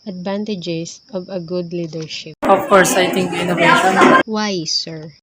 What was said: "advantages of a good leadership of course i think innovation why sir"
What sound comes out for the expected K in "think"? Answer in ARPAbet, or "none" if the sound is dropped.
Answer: none